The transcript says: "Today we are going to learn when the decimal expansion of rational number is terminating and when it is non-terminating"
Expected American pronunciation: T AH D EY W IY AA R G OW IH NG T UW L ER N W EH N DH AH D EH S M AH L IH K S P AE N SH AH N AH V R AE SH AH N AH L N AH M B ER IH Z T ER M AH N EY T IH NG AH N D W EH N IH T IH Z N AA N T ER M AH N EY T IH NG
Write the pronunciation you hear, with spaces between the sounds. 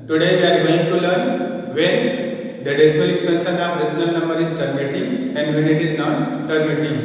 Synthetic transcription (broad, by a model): T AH D EY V IY AA R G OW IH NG T UW L ER N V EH N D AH D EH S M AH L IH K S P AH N S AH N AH P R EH S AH N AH L N AH M B ER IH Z T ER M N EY T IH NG AH N D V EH N IH T IH Z N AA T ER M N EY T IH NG